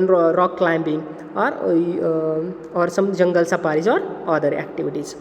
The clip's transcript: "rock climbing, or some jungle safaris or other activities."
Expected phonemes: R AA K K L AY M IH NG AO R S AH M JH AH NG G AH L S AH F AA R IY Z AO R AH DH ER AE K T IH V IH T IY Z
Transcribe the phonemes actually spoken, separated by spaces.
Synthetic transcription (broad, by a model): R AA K K L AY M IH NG AO R S AH M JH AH NG G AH L S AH P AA R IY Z AO R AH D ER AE K T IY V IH T IY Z